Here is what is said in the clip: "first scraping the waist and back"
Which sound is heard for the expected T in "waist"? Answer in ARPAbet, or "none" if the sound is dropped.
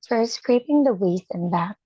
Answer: none